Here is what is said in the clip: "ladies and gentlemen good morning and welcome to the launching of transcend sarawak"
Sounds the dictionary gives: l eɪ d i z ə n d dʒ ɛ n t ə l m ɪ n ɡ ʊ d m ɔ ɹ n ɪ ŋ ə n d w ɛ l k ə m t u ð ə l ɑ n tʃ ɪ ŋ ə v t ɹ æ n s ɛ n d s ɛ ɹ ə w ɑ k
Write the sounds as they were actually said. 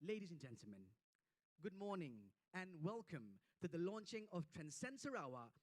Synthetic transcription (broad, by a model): l eɪ d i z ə n dʒ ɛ n t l m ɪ n ɡ ʊ d m ɔ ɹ n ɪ ŋ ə n w ɛ l k ə m t u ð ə l ɑ n tʃ ɪ ŋ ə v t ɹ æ n s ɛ n s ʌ ɹ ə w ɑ